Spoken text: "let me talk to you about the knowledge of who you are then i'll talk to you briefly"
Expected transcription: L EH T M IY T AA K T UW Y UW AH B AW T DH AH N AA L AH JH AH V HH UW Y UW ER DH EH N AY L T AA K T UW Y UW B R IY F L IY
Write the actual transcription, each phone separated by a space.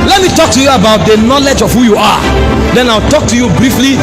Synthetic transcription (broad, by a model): L EH T M IY T AA K T UW Y UW AH B AW T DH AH N AA L AH JH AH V HH UW Y UW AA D EH N AY W T AA K T UW Y UW B R IY F L IY